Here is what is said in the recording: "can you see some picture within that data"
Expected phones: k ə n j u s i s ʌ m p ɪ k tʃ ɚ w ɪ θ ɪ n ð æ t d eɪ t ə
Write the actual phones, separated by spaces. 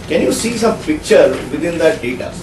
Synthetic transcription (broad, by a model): k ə n j u s i s ʌ m p ɪ k tʃ ɚ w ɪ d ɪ n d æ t d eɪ t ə